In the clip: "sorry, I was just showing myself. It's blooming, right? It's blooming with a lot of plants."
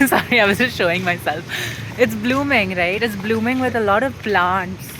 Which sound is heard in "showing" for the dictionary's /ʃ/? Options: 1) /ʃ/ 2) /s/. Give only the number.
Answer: 1